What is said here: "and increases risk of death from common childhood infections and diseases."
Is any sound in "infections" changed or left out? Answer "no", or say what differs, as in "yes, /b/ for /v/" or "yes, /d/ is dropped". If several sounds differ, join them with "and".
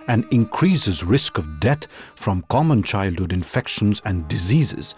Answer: no